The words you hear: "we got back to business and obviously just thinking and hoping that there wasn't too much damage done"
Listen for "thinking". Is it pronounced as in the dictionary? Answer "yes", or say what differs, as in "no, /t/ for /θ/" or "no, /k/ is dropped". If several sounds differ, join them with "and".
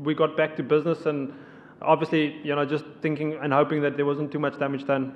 yes